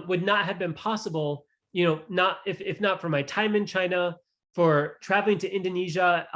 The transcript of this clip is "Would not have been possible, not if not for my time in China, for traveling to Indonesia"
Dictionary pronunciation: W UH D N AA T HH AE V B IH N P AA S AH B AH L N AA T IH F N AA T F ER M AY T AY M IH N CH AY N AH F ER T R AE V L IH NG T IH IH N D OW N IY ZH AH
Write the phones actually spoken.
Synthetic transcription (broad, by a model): W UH D N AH T HH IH V B IH N P AA S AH B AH N N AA T IH F N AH T F ER M AY T AY M IH N CH AY N AH F ER T R AE V L IH NG T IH IH N D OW N IY ZH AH